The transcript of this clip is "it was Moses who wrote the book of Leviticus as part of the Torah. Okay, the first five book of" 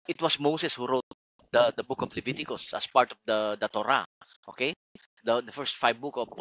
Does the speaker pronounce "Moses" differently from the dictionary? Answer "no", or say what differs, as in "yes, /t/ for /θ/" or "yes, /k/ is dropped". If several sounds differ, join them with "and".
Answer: yes, /s/ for /z/